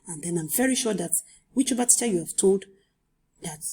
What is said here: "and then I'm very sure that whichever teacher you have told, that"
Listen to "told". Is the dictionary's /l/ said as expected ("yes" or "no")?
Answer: yes